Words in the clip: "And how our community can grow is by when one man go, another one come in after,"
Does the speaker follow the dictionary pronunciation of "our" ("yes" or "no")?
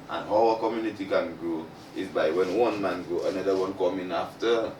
no